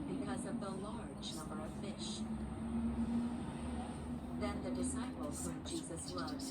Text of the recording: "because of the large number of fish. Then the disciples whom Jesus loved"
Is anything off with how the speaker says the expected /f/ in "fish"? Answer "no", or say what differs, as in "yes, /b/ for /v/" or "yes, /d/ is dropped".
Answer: no